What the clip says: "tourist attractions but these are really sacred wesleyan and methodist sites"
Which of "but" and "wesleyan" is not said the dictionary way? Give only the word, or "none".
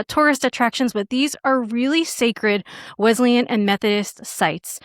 none